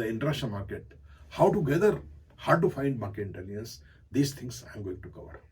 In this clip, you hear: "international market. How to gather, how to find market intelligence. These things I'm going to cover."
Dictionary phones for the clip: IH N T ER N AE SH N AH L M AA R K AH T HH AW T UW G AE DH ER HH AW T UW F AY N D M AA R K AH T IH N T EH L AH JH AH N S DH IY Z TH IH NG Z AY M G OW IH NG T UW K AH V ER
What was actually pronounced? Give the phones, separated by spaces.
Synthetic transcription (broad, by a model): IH N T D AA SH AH M AA R K AH T HH AW T UW G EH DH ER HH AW T UW F AY N D M AA R K AH T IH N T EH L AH AH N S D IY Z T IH NG S AY M G OW IH NG T UW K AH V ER